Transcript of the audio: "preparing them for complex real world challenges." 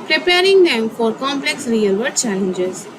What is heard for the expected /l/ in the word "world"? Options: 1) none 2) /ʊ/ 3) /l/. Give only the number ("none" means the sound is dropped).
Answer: 1